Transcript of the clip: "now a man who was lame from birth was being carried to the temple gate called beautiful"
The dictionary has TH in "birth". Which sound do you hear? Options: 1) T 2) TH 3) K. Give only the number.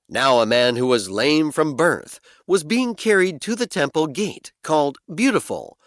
2